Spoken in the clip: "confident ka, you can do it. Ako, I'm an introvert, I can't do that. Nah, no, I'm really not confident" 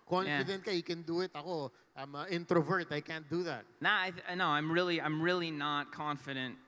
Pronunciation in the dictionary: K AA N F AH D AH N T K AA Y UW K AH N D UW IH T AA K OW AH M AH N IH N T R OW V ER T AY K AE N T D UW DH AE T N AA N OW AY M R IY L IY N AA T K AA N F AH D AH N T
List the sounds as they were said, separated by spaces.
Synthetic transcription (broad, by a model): K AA N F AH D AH N T K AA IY K AH N D UW IH T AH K OW AH M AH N IH N T R OW V ER T AY K AE N T D UW DH AE T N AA N OW AY M R IY L IY N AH T K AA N F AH D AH N T